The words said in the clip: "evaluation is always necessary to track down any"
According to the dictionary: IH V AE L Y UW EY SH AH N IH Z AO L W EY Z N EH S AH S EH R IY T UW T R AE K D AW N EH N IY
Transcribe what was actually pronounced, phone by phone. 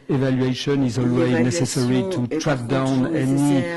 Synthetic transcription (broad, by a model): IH V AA L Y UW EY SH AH N IH Z AO L W EY Z N EH S AH S EH R IY T UW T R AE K D AW N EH N IY